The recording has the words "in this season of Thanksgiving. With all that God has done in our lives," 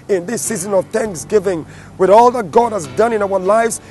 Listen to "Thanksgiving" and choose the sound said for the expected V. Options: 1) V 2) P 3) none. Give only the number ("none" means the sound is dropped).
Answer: 1